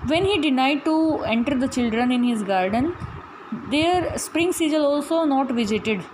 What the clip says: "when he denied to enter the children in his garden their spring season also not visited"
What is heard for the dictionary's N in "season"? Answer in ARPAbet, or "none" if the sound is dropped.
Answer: L